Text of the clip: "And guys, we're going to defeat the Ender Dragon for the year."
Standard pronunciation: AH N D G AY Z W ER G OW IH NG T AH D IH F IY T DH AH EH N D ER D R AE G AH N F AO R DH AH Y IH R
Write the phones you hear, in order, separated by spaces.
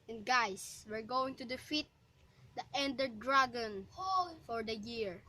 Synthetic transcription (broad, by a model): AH N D G AY S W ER G OW IH NG T AH D IH F IY T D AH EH N D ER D R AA G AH N F AO R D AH Y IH R